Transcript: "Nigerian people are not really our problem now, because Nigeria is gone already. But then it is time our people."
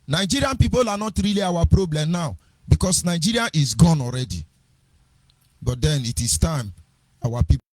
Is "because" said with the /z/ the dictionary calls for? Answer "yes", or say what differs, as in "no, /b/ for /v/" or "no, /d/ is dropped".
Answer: no, /s/ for /z/